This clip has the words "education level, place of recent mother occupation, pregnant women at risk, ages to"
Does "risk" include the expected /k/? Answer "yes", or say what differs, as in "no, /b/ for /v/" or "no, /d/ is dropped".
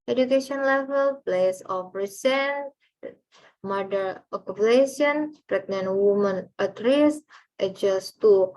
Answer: no, /k/ is dropped